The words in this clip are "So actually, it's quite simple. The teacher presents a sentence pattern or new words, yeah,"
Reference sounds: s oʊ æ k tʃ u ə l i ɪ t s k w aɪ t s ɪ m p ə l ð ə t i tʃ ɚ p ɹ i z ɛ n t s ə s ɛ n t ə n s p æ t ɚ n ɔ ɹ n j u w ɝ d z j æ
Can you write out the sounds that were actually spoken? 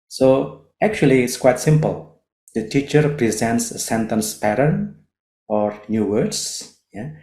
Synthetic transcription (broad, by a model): s oʊ æ k tʃ u ə l i ɪ t s k w aɪ t s ɪ m p ə l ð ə t i tʃ ɚ p ɹ i z ɛ n t s ə s ɛ n t ə n s p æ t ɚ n ɔ ɹ n j u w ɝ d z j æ